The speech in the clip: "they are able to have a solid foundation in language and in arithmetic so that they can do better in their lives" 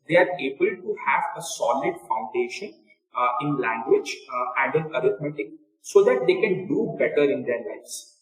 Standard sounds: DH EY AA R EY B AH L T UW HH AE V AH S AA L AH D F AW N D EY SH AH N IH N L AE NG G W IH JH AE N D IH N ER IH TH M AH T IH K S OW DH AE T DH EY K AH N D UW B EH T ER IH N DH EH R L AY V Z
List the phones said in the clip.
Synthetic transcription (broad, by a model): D EY AA R EY B AH L T UW HH AE V AH S AA L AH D F AW N D EY SH AH N IH N L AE NG G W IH JH AE N D IH N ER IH T M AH T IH K S OW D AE T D EY K AH N D UW B EH T ER IH N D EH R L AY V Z